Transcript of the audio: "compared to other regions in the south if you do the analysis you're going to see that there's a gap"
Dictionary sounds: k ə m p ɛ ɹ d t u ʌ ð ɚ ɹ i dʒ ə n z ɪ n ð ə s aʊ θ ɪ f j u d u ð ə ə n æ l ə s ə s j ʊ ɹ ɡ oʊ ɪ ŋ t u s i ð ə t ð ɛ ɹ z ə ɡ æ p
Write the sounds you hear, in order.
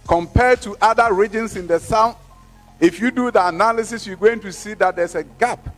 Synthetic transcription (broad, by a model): k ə m p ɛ d t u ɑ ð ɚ ɹ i dʒ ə n s ɪ n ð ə s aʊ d ɪ f j u d u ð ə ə n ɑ l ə s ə s j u ɡ oʊ ɪ ŋ t u s i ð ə t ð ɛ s ə ɡ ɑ p